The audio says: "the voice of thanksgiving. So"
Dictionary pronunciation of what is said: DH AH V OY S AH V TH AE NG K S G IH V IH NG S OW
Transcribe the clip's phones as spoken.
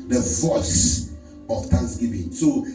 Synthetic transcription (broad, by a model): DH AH V OY S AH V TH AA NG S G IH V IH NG S OW